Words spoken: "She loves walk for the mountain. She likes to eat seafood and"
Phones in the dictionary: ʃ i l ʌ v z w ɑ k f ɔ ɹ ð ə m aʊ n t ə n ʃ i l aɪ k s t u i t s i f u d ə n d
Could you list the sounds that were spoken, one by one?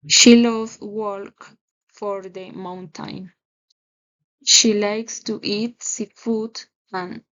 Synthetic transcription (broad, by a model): ʃ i l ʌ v w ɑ k f ɔ ɹ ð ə m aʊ n t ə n ʃ i l aɪ k s t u i t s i f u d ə n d